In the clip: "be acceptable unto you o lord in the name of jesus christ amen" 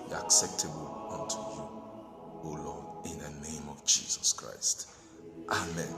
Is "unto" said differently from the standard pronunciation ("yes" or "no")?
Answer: no